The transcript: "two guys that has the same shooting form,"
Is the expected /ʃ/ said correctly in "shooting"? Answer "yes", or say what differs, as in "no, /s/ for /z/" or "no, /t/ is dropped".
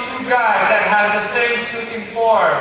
no, /s/ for /ʃ/